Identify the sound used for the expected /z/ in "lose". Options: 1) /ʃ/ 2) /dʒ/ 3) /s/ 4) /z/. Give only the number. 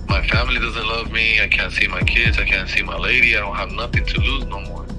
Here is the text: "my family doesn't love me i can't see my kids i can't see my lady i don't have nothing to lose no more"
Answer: 4